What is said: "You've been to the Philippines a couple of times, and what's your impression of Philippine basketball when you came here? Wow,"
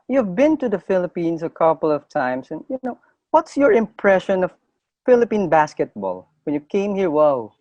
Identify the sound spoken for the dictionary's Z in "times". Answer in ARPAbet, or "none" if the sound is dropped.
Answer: S